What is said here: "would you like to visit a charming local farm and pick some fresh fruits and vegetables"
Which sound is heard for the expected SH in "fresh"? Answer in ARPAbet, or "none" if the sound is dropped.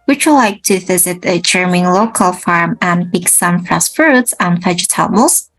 S